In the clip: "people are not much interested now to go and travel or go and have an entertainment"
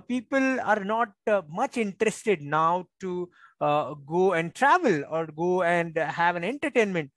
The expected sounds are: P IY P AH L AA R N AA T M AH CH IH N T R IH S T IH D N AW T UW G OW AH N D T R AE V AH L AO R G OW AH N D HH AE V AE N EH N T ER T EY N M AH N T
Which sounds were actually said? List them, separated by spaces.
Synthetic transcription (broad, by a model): P IY P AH L AA R N AA T M AH CH IH N T R IH S T IH D N AW T UW G OW AH N D T R AE V AH L AO R G OW AH N D HH AE V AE N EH N T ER T EY N M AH N T